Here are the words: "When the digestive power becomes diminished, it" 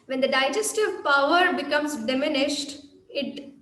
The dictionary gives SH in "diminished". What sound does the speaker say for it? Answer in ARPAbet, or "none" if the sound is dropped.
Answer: SH